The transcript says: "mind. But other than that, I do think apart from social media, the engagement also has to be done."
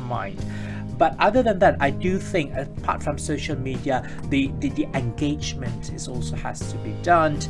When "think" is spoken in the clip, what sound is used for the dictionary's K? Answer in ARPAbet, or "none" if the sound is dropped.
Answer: K